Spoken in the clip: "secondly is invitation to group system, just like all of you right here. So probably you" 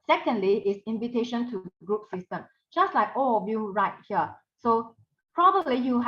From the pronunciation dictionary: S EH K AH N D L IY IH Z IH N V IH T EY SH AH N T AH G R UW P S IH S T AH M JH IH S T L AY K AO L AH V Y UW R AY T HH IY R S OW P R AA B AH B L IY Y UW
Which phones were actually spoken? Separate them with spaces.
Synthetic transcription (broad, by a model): S EH K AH N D L IY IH S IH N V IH T EY SH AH N T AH G R UW P S IH S T AH M JH IH S T L AY K AO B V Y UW R AY T HH IY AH S OW P R AA B AH B L IY Y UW